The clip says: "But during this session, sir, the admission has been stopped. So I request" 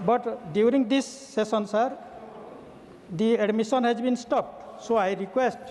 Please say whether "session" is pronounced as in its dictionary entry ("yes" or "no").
no